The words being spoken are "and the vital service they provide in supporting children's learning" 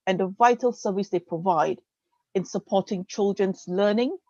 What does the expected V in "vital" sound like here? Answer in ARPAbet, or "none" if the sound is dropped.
V